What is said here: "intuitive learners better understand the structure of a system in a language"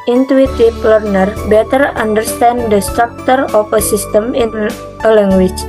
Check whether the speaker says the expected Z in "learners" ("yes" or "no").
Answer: no